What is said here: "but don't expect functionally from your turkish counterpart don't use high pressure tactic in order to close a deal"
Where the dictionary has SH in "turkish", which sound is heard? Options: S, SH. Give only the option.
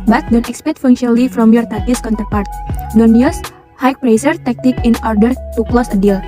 S